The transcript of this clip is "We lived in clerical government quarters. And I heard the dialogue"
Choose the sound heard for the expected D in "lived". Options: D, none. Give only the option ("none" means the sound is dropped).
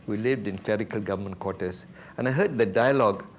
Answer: D